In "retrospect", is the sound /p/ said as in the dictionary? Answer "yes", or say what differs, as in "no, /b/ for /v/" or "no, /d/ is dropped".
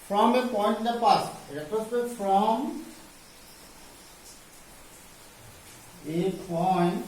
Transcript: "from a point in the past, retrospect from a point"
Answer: no, /p/ is dropped